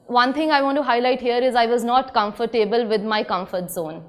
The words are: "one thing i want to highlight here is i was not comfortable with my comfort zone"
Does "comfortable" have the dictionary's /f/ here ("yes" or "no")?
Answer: yes